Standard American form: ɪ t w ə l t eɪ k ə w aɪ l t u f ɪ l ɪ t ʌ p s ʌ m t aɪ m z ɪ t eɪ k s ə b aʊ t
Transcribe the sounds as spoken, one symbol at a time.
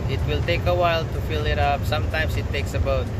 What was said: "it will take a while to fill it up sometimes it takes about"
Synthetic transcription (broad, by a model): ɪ t w ə l t eɪ k ə w aɪ l t u f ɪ l ɪ t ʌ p s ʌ m t aɪ m s ɪ t eɪ k s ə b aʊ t